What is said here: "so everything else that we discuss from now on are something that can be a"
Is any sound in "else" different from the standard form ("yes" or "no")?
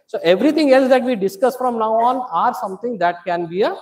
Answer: no